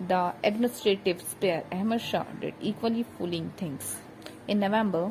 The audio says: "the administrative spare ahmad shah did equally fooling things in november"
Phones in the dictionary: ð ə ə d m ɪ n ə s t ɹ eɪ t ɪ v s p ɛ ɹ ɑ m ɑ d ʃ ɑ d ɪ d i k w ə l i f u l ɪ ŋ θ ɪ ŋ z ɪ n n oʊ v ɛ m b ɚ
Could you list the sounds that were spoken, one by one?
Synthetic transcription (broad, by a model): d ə ə d m ɪ n ə s t ɹ eɪ t ɪ v s p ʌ ɹ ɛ m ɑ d ʃ ɑ d ɪ d i k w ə l i f u l ɪ ŋ t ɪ ŋ s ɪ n n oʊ v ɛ m b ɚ